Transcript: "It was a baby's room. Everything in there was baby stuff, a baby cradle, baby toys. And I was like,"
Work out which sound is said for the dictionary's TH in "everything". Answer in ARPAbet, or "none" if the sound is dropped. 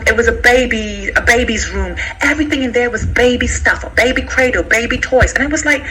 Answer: TH